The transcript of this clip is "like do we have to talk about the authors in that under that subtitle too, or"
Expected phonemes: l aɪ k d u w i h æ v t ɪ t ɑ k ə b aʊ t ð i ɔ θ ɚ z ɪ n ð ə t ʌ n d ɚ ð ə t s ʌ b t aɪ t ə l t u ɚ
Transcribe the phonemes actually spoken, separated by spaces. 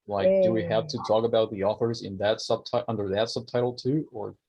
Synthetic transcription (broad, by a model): l aɪ k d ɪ w i h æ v t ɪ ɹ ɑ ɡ ə b aʊ t ð i ɔ θ ɚ z ɪ n ð ə t ʌ n d ɚ ð ə t s ʌ b t aɪ t l t u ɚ